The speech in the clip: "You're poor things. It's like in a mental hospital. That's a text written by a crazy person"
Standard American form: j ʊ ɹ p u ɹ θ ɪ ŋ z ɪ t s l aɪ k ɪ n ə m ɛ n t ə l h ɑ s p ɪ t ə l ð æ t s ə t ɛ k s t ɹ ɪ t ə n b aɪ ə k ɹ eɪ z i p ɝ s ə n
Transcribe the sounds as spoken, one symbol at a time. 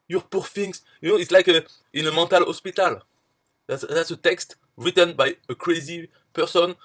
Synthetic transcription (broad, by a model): j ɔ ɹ p u ɹ f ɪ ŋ s ɪ t s l aɪ k ɪ n ə m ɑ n t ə l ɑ s p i t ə l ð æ t s ə t ɛ k s t ɹ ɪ t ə n b aɪ ə k ɹ eɪ z i p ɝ s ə n